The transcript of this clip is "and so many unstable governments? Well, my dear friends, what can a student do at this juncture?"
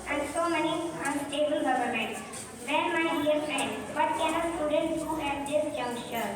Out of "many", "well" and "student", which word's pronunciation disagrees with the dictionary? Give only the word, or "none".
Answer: well